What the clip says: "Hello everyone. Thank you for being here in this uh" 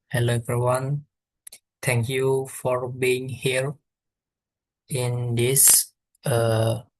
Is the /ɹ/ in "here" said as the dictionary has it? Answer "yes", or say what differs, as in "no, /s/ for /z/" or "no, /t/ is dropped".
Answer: yes